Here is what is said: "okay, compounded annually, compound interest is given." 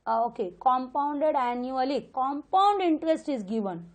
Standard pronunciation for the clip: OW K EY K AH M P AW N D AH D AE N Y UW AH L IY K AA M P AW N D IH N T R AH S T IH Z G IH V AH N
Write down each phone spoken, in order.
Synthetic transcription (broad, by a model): OW K EY K AH M P AW N D AH D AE N Y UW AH L IY K AA M P AW N D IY N T R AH S T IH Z G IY V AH N